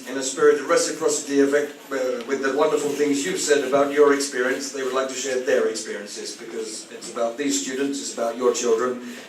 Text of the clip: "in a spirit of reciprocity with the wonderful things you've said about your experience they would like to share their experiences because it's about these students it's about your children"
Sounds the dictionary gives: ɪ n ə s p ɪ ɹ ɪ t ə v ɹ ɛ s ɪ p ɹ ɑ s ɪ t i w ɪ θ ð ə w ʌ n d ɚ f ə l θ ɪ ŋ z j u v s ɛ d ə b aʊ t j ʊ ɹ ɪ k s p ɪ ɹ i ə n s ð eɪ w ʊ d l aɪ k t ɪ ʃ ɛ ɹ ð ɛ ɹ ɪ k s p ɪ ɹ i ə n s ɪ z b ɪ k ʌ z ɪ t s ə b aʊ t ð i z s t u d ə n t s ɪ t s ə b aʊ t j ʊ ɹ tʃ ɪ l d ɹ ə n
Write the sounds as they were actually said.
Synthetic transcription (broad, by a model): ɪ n ə s p ɪ ɹ ɪ t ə ɹ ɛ s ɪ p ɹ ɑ s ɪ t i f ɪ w ð ə w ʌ n d ɚ f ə l θ ɪ ŋ z j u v s ɛ d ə b aʊ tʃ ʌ ɹ ɪ k s p ɪ ɹ i ə n s ð eɪ w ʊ d l aɪ k t ɪ ʃ ɛ ɹ ð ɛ ɹ ɪ k s p ɪ ɹ i ə n s ɪ z b ɪ k ʌ z ɪ t s ə b aʊ t ð i z s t u d n t s ɪ t s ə b aʊ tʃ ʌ ɹ tʃ ɪ l d ɹ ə n